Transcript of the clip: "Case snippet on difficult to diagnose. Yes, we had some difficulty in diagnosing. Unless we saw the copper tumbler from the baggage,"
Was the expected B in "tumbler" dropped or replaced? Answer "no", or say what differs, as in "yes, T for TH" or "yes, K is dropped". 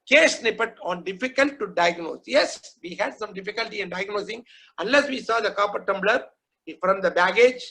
no